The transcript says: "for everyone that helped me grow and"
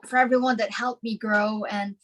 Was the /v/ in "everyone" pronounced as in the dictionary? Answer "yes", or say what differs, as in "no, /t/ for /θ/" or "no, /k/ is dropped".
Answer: yes